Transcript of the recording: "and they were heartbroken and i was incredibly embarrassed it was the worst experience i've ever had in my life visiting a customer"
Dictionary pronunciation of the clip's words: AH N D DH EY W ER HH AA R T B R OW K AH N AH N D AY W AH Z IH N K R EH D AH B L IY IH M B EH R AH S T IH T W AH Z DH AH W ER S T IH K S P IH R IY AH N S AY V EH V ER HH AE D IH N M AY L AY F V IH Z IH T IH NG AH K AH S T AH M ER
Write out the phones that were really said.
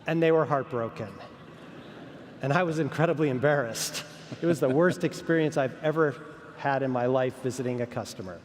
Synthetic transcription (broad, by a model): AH N DH EY W ER HH AA R T B R OW K AH N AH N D AY W AH Z IH N K R EH D AH B L IY IH M B EH R AH S T IH T W AH Z DH AH W ER S T IH K S P IH R IY AH N S AY V EH V ER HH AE D IH N M AY L AY F V IH Z IH T IH NG AH K AH S T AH M ER